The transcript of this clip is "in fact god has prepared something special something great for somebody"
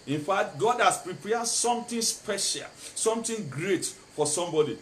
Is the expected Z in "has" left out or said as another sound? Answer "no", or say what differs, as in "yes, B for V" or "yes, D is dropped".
yes, S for Z